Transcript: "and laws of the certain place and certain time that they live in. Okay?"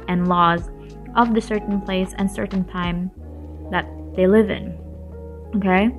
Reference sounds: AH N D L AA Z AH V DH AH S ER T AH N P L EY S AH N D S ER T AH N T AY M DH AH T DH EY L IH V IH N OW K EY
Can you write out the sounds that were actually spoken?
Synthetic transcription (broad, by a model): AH N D L AA Z AH V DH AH S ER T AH N P L EY S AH N S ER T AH N T AY M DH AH T DH EY L IH V IH N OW K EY